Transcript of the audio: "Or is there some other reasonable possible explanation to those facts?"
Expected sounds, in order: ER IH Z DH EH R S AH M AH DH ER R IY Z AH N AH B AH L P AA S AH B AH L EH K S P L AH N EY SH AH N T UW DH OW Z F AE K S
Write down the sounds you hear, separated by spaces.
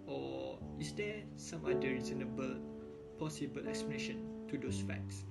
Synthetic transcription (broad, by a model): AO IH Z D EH S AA M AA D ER R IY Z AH N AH B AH L P AA S AH B AH L EH K S P L AH N EY SH AH N T UW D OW S F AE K S